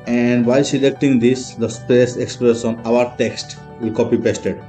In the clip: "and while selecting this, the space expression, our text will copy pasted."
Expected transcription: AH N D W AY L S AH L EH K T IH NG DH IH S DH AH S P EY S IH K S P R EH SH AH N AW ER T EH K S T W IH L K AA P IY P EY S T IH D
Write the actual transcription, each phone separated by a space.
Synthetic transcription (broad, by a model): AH N D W AY L S AH L EH K T IH NG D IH S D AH S P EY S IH K S P R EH S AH N AW ER T EH K S T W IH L K AA P IY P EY S T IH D